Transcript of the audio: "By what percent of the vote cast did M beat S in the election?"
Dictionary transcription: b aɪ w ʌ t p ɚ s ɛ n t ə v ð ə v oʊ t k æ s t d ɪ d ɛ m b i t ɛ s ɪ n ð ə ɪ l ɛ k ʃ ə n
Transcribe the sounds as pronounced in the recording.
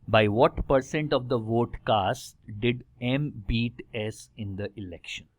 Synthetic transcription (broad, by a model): b aɪ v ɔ t p ɚ s ɛ n t ə v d ə v oʊ t k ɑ s t d ɪ d ɛ m b i t ɛ s ɪ n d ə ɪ l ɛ k ʃ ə n